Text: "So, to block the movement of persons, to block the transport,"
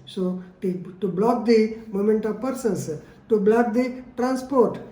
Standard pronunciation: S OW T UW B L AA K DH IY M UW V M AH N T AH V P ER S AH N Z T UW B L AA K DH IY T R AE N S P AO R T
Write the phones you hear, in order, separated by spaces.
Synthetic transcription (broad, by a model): S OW T UW B L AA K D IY M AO M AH N T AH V P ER S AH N S T UW B L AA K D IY T R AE N S P AO R T